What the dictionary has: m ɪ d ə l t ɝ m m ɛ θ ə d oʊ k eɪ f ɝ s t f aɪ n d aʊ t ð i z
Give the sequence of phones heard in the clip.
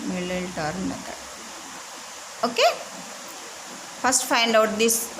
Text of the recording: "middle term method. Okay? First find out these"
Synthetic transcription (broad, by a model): m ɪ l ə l t ɝ m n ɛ t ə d oʊ k eɪ f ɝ s t f aɪ n d aʊ t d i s